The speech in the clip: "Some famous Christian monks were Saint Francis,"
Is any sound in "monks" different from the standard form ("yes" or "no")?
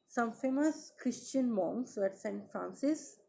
yes